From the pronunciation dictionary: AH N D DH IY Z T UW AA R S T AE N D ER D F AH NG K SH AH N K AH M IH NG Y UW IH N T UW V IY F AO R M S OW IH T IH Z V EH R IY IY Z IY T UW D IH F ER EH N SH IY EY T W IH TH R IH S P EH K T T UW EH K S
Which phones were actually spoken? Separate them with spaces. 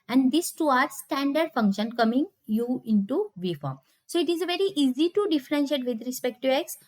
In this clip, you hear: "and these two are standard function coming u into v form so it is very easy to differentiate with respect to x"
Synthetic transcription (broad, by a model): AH N D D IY S T UW AA R S T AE N D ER D F AH NG K SH AH N K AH M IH NG Y UW IH N T UW V IY F AO R M S OW IH T IH Z V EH R IY IY Z IY T UW D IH F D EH N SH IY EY T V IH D R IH S P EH K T T UW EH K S